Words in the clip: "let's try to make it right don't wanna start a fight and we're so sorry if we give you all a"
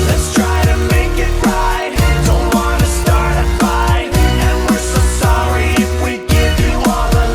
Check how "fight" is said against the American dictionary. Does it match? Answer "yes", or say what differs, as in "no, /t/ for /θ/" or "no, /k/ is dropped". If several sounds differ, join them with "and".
no, /t/ is dropped